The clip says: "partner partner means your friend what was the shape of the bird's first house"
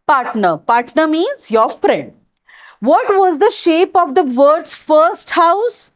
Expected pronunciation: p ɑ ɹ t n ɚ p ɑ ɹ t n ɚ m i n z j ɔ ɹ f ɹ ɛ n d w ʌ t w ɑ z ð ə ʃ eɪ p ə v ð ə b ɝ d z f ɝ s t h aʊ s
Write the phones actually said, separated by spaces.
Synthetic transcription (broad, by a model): p ɑ ɹ t n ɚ p ɑ ɹ t n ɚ m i z j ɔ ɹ f ɹ ɛ n d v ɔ t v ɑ z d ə ʃ eɪ p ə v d ə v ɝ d s f ɝ s t h aʊ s